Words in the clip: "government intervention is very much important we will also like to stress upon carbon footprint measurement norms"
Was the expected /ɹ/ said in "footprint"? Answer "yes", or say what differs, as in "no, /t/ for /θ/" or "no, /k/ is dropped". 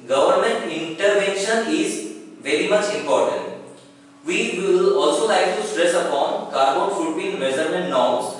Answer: no, /ɹ/ is dropped